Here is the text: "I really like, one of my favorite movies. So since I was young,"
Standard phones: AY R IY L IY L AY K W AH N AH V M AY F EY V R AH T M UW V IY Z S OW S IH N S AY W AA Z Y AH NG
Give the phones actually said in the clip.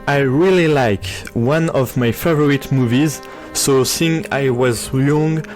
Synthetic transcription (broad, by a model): AY R IY L IY L AY K W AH N AH V M AY F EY V R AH T M UW V IY Z S OW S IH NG AY W AA Z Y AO NG